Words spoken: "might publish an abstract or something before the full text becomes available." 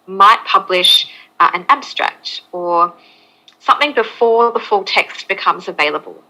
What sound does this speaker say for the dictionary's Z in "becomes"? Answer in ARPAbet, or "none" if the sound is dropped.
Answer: Z